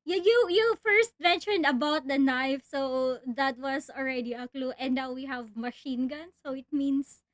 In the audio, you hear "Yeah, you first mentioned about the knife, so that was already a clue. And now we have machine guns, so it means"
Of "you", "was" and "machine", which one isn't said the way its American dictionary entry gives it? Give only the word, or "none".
was